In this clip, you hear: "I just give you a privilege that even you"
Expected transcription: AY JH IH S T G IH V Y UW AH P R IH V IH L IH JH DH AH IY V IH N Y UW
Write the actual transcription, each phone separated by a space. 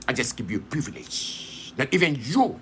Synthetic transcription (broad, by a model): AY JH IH S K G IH P Y UW AH P R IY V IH L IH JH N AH IY V IH N Y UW